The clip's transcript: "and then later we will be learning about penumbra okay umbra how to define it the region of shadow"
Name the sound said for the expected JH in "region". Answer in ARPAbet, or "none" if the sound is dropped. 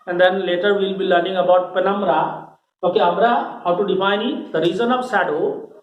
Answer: Z